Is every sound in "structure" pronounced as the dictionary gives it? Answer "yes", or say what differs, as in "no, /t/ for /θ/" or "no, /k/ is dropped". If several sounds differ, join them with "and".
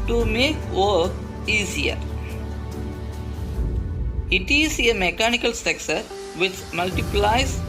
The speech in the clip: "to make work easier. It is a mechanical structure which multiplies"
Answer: no, /ɹ/ is dropped and /s/ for /tʃ/